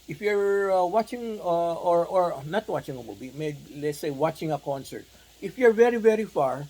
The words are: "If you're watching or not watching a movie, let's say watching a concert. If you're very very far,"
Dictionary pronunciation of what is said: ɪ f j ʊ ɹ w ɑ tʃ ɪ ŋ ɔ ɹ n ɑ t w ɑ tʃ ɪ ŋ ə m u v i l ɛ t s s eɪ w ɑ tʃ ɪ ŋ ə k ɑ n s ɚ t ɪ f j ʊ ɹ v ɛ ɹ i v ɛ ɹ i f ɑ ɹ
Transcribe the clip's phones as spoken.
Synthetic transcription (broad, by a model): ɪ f j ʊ ɹ w ɑ tʃ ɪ ŋ ɔ ɹ n ɑ t w ɑ tʃ ɪ ŋ ə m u b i l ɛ t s s eɪ w ɑ tʃ ɪ ŋ ə k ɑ n s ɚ t ɪ f j ʊ ɹ v ɛ ɹ i v ɛ ɹ i f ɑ ɹ